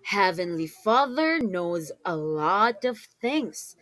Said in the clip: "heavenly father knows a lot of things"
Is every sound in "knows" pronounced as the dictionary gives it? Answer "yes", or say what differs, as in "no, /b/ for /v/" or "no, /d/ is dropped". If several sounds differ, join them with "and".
yes